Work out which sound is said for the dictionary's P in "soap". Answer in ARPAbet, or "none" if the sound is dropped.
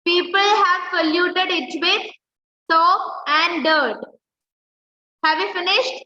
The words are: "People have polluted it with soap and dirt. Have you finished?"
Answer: none